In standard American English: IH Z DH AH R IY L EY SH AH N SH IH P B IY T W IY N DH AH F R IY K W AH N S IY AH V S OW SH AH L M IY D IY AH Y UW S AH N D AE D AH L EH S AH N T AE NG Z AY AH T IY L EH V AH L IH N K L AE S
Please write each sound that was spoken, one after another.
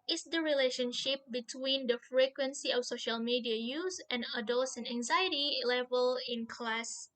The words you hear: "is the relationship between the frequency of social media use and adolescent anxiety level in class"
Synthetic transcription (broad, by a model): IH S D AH R IY L EY SH AH N SH IH P B IY T W IY N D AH F R IY K W AH N S IY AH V S OW SH AH L M IY D IY AH Y UW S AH N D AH D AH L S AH N AE NG Z AY AH T IY L EH V AH L IH N K L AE S